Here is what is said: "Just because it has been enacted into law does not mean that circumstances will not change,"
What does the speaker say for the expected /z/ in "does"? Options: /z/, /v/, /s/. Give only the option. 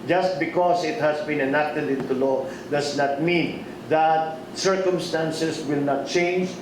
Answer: /s/